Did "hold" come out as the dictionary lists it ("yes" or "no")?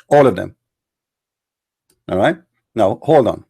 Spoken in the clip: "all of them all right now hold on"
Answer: yes